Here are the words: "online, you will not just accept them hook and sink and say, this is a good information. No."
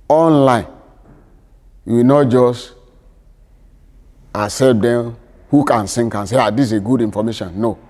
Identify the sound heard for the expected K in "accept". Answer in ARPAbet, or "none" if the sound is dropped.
none